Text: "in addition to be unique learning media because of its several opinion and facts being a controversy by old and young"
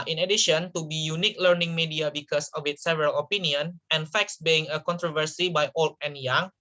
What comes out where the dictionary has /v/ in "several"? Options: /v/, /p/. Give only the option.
/v/